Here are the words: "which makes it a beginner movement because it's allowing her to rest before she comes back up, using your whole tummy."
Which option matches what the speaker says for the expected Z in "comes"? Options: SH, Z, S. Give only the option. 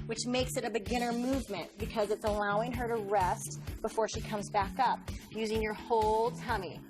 Z